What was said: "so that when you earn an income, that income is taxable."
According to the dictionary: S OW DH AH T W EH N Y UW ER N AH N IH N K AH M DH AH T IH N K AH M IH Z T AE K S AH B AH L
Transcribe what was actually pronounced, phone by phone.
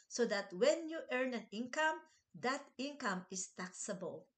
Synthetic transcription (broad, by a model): S OW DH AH T W EH N Y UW ER N AH N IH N K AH M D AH T IH N K AH M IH S T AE K S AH B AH L